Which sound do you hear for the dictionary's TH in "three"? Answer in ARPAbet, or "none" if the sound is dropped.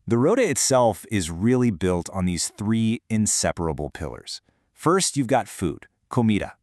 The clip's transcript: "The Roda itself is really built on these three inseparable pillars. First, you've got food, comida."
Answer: TH